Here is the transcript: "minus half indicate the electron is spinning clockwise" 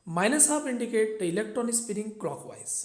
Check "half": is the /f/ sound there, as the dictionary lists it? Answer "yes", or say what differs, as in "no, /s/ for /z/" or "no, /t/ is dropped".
no, /p/ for /f/